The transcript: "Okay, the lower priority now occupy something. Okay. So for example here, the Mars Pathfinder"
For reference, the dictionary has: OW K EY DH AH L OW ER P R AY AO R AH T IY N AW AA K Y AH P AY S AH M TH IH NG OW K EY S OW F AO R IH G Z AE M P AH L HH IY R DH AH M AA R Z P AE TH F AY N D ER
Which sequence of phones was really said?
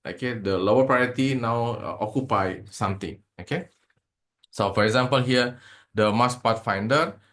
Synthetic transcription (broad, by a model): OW K EY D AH L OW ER P R AY AO R AH T IY N AW AA K Y AH P AY S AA M T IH NG OW K EY S OW F AO R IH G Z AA M P AH L HH IY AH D AH M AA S P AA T F AY N D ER